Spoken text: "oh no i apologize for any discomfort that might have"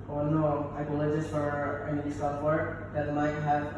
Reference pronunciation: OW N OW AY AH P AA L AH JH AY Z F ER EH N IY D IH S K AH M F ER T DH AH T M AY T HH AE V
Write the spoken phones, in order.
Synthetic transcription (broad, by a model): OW N OW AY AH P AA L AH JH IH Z F ER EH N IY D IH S AH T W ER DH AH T M AY T HH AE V